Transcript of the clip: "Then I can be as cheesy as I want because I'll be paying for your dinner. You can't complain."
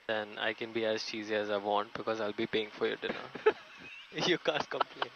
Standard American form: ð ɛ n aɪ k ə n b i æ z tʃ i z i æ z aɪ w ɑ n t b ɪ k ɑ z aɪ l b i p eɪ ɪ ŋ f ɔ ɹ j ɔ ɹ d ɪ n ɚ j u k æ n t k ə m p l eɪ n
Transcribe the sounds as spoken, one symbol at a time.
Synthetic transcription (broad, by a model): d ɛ n aɪ k ə n b i æ z tʃ i z i æ z aɪ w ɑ n t b ɪ k ɑ z aɪ l b i p eɪ ɪ ŋ f ɔ ɹ j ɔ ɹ d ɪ n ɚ j u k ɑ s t k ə m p l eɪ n